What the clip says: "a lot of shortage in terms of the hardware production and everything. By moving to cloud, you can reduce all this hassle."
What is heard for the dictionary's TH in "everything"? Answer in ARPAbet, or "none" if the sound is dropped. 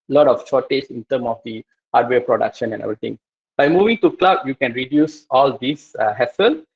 T